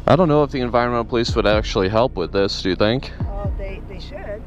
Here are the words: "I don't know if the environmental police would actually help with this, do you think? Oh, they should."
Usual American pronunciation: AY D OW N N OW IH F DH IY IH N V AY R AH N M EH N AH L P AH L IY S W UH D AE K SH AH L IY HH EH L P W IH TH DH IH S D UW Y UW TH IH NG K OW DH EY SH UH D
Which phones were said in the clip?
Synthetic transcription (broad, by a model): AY D OW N N OW IH F DH IY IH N V AY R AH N M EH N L P AH L IY S W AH D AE K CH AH L IY HH EH L P W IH DH IH S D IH Y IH TH IH NG K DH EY